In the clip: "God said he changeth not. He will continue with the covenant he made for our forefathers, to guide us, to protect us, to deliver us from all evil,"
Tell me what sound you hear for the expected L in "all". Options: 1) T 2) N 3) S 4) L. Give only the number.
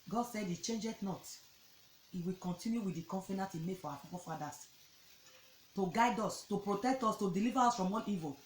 2